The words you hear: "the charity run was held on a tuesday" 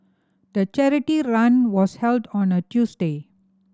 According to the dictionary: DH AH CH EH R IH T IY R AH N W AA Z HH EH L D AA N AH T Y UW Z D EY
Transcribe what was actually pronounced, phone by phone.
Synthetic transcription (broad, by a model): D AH CH EH R IH T IY R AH N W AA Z HH EH L D AA N AH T Y UW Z D EY